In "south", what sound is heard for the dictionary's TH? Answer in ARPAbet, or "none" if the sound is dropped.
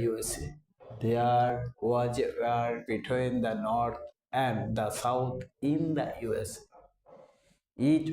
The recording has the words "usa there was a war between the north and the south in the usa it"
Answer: T